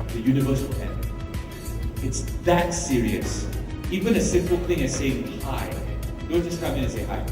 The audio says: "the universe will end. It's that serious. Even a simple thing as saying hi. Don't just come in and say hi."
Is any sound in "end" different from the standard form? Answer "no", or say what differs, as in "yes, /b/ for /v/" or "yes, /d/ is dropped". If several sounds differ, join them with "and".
yes, /d/ is dropped